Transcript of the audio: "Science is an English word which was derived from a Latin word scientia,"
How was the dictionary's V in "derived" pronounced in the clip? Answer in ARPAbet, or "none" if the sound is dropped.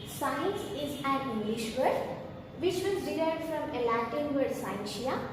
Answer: none